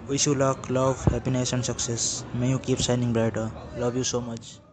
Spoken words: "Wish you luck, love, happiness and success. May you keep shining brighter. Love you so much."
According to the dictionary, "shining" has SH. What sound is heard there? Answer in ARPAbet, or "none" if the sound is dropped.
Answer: S